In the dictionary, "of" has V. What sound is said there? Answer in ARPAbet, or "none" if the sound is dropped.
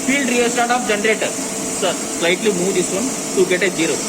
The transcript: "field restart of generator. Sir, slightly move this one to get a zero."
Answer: P